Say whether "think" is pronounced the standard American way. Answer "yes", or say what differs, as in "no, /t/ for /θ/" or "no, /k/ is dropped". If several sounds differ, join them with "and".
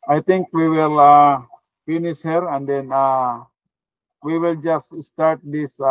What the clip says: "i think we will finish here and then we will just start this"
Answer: no, /t/ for /θ/